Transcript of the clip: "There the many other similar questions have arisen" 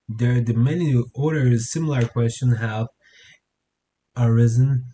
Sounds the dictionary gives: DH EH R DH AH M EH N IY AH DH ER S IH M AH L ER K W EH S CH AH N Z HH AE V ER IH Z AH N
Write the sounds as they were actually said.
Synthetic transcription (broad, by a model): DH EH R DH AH M EH N IY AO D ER S IH M L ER K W EH S CH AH N HH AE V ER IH Z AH N